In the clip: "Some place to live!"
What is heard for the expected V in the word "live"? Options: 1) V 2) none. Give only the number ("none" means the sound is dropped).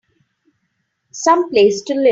2